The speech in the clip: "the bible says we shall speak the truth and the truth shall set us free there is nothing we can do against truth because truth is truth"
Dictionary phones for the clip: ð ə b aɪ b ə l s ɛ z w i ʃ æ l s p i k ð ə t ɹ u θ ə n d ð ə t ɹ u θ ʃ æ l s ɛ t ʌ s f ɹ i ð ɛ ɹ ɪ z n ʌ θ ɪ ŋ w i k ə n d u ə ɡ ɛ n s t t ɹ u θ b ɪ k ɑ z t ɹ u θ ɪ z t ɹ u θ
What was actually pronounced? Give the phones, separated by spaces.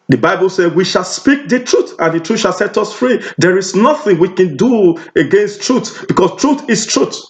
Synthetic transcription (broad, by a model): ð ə b aɪ b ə l s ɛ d w i ʃ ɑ l s p i k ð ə t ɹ u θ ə n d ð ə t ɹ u ʃ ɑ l s ɛ t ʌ s f ɹ i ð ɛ ɹ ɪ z n ʌ θ ɪ ŋ w i k ə n d u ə ɡ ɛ n s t t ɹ u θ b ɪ k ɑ s t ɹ u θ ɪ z t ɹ u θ